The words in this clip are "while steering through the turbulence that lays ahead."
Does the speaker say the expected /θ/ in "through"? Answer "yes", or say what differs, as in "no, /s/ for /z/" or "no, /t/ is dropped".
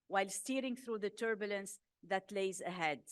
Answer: yes